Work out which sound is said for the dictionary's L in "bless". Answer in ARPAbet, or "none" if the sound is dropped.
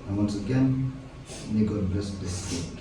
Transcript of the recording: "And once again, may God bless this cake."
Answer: none